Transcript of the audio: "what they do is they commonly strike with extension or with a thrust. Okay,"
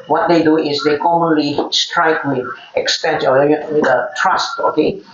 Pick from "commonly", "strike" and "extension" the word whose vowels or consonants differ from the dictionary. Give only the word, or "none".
extension